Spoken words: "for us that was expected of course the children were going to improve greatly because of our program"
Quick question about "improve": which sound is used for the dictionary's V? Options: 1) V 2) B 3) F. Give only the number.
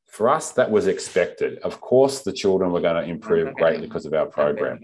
1